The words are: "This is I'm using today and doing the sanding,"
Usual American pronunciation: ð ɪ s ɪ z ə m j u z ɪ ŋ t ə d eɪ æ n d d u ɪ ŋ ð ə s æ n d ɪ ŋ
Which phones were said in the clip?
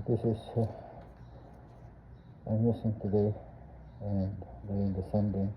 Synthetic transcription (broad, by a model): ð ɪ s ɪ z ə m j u s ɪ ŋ t ə d eɪ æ n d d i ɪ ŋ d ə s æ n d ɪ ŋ